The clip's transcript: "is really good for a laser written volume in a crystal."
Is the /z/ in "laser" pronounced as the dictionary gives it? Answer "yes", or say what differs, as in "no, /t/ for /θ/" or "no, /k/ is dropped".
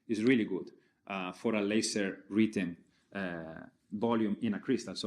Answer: no, /s/ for /z/